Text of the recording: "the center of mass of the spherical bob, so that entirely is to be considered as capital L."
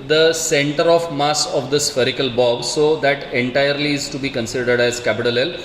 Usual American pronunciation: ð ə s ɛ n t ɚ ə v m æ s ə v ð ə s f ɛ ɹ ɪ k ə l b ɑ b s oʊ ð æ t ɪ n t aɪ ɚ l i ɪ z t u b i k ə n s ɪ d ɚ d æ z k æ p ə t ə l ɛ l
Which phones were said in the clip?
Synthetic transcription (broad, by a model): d ə s ɛ n t ɚ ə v m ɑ s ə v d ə s f ɛ ɹ ɪ k ə l b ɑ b s oʊ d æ t ɪ n t aɪ ɚ l i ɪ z t u b i k ə n s ɪ d ɚ d æ z k æ p ə t ə l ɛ l